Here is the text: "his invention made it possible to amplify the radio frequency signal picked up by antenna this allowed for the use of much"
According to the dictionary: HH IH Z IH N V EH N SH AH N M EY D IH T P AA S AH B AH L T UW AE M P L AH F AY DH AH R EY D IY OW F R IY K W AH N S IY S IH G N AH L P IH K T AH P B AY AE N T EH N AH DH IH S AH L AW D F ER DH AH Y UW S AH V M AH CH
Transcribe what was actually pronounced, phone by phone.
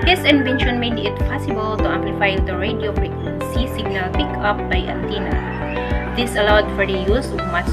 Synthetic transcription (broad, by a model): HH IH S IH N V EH N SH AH N M EY D IH T P AA S AH B AH L T UW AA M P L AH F AY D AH R EY D IY OW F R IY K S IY S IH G N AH L P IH K AH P B AY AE N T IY N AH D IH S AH L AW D F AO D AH Y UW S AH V M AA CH